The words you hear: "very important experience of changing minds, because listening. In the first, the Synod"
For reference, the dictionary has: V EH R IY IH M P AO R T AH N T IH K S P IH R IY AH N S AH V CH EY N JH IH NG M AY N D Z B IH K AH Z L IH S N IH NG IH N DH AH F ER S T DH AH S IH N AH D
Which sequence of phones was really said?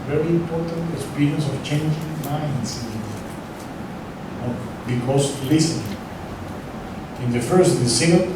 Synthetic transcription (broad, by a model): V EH R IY IH M P AO R T AH N T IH S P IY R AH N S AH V CH EY N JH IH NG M AY N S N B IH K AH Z L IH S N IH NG IH N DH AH F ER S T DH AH S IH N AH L